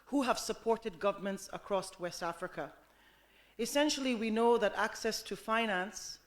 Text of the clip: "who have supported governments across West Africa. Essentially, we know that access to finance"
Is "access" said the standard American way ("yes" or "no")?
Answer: yes